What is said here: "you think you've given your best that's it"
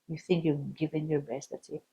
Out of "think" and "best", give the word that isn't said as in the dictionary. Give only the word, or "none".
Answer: none